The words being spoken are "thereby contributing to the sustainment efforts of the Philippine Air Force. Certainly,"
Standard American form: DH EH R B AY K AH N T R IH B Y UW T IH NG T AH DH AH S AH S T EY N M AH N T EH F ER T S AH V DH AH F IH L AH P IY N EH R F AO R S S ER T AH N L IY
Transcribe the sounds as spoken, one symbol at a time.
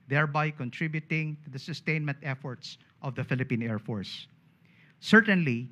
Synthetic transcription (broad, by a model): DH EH R B AY K AH N T R IH B Y UW T IH NG T AH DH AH S AH S T EY N M AH N T EH F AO T S AH V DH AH F IH L AH P IY N EH R F AO R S S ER T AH N L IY